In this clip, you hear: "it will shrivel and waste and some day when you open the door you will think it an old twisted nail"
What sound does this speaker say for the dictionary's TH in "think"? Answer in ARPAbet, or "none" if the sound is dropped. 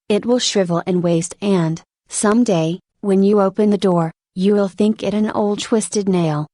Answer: TH